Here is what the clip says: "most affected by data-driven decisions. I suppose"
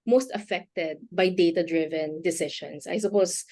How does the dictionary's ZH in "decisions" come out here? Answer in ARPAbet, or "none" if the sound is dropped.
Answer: SH